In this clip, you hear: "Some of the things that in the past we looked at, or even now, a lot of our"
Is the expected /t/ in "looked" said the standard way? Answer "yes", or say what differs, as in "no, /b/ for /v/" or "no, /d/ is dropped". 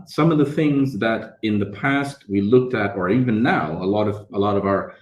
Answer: yes